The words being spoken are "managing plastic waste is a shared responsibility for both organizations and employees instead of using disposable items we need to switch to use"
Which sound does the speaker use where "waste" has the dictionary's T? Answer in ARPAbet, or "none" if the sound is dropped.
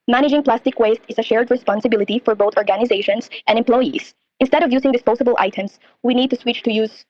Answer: T